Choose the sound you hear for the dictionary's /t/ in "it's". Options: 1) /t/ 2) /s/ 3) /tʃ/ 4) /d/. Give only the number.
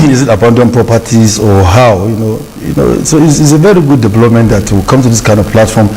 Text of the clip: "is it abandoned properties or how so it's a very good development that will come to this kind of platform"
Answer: 2